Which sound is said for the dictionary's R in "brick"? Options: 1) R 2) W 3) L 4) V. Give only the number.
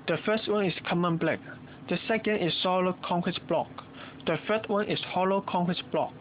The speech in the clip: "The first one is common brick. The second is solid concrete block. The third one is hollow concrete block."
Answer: 3